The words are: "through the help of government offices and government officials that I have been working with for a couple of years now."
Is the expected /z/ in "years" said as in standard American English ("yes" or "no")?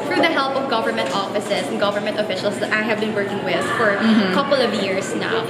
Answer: no